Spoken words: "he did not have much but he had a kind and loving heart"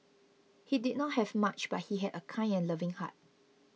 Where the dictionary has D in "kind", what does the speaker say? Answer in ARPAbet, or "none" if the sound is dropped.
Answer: none